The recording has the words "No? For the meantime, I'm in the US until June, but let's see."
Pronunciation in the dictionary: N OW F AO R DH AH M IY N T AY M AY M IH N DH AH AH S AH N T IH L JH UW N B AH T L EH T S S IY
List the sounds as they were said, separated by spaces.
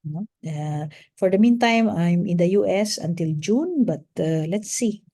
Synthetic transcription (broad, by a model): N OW F AO R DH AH M IY N T AY M AY M IH N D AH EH S AH N T IH L JH UW N B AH T L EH T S S IY